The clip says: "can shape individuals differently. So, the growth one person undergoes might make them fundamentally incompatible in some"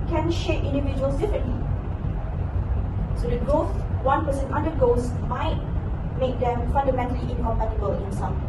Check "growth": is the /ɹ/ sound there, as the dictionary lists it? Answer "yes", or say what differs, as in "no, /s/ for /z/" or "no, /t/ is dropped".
no, /ɹ/ is dropped